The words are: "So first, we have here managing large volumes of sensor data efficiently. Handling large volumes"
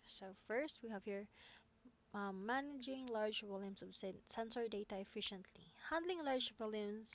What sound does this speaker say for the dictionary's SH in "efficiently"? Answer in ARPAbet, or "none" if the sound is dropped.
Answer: SH